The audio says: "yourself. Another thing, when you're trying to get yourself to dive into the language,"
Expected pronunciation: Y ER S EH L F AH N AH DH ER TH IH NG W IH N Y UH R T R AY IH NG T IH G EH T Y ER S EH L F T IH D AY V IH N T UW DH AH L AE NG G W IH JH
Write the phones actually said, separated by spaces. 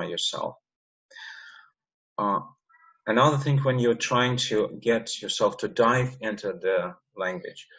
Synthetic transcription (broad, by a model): Y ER S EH L F AH N AH DH ER TH IH NG W IH N Y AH R T R AY IH NG T IH G EH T Y ER S EH L F T IH D AY V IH N T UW DH AH L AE NG G W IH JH